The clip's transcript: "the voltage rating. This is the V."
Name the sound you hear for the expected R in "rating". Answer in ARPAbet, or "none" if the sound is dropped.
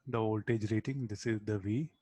R